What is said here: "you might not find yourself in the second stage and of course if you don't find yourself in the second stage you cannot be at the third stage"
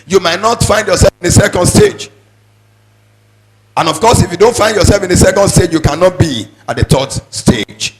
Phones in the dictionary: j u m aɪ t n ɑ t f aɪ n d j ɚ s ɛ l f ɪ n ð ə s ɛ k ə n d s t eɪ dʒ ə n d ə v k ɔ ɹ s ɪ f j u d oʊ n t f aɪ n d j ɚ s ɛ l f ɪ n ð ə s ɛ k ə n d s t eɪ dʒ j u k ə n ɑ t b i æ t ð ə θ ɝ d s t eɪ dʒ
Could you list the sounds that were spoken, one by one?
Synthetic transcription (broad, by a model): j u m aɪ t n ɑ t f aɪ n d j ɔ s ɛ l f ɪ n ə s ɛ k ə n d s t eɪ dʒ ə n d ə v k ɔ s ɪ f j u d oʊ n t f aɪ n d j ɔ s ɛ l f ɪ n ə s ɛ k ə n d s t eɪ dʒ j u k ə n ɑ t b i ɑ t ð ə t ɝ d s t eɪ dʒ